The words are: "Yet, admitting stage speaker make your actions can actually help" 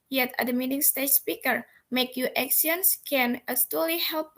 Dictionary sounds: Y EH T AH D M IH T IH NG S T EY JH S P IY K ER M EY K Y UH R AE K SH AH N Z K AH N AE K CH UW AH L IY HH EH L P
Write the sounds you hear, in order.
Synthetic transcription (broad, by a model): Y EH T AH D M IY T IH NG S T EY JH S P IY K ER M EY K Y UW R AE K S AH N S K AH N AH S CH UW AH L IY HH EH L P